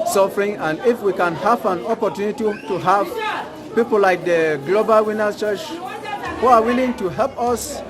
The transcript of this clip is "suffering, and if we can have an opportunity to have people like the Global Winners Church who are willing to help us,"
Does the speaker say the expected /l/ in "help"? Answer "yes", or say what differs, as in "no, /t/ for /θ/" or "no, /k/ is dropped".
yes